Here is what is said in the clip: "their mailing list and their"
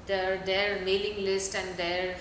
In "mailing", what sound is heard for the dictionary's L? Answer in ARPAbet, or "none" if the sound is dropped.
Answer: L